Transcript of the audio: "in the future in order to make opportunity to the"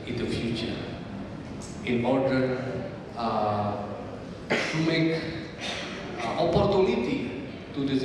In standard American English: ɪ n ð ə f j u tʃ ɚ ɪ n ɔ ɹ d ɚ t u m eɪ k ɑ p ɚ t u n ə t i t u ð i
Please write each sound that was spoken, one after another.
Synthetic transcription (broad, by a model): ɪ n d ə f j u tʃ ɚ ɪ n ɔ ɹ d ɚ t u m eɪ k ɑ p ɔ t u n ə t i t u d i